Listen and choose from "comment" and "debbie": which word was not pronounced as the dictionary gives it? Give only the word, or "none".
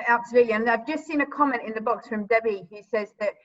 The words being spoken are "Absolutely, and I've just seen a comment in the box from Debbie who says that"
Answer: none